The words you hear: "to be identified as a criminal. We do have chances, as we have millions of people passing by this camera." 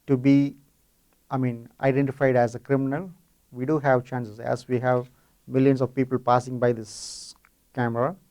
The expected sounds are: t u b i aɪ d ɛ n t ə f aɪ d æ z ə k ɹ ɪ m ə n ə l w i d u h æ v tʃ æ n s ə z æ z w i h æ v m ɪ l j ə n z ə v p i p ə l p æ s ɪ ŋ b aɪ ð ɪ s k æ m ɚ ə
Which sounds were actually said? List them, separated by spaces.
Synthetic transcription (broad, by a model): t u b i aɪ d ɛ n t ə f aɪ d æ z ə k ɹ ɪ m ə n ə l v i d u h æ v tʃ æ n s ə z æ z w i h æ v m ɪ l j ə n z ə v p i p ə l p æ s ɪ ŋ b aɪ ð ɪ s k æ m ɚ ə